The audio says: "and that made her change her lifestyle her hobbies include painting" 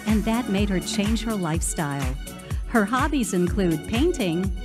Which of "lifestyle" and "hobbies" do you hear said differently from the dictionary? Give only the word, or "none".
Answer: none